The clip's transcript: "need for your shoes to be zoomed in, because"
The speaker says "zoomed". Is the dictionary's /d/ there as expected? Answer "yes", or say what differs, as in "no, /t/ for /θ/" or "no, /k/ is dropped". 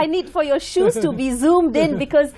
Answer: yes